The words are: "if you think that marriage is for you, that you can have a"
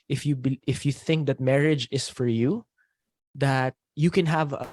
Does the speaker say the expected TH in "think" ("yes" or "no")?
yes